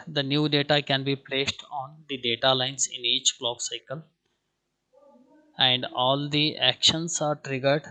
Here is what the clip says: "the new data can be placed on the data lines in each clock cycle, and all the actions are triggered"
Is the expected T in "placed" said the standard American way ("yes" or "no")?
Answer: yes